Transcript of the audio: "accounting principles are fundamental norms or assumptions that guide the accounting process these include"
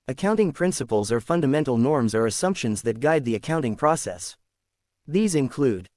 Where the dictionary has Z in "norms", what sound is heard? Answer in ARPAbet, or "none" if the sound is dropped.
Z